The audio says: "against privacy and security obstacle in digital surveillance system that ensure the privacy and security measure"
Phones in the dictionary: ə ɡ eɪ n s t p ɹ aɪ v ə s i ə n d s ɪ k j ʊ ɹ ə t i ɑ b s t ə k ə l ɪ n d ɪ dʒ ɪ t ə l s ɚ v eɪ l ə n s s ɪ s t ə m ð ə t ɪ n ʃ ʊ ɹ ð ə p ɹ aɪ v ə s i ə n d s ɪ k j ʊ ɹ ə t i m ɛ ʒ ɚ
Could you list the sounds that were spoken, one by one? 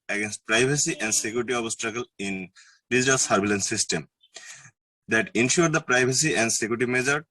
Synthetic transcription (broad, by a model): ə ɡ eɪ n s t p ɹ aɪ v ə s i ə n d s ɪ k j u ɹ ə t i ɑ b s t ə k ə l ɪ n d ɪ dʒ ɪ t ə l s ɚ b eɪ l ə n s s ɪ s t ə m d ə t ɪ n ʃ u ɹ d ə p ɹ aɪ b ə s i ə n d s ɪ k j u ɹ t i m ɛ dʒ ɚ